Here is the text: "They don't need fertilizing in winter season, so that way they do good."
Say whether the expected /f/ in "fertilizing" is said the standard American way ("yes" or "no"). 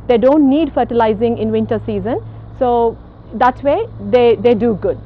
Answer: yes